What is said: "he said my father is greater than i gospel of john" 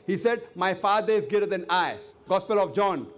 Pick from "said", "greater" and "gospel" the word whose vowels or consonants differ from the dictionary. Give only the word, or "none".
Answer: greater